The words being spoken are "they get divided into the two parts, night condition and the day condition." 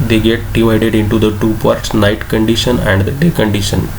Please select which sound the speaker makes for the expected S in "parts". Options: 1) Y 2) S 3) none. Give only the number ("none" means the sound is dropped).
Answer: 2